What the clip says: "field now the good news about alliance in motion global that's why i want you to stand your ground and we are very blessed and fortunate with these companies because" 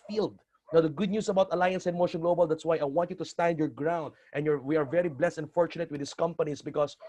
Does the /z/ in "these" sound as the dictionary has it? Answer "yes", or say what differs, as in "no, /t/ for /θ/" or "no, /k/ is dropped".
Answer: no, /s/ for /z/